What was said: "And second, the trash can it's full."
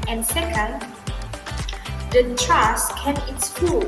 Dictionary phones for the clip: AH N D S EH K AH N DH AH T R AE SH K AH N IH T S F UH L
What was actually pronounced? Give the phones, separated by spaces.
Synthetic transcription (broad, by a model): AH N S EH K AH N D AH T R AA S K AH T IH T S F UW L